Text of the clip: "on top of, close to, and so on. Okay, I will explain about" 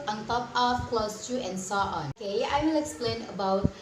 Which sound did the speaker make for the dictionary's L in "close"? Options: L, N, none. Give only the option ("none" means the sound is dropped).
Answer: L